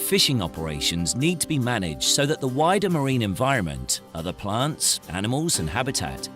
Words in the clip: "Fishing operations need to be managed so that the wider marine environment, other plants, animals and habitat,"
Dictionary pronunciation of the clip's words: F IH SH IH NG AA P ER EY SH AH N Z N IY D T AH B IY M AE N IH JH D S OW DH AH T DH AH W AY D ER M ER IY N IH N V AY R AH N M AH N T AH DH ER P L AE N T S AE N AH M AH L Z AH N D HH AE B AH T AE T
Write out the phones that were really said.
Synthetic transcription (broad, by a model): F IH SH IH NG AA P ER EY SH AH N Z N IY D T AH B IY M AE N IH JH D S OW DH AH T DH AH W AY D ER M ER IY N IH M V AY R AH N M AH N T AH DH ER P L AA N T S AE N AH M AH L Z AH N HH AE B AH T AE T